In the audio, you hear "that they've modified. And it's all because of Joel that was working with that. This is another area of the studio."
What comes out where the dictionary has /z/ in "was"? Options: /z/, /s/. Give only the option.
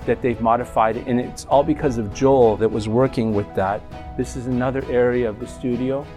/z/